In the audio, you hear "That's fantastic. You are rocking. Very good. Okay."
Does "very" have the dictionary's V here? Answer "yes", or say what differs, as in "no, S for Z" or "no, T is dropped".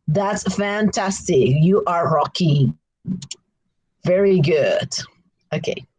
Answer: yes